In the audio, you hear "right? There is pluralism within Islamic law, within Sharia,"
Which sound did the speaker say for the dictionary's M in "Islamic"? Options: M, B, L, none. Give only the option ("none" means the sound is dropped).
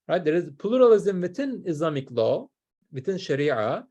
M